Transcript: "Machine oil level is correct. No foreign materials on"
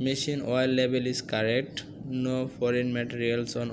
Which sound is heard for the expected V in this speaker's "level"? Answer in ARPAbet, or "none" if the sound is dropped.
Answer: B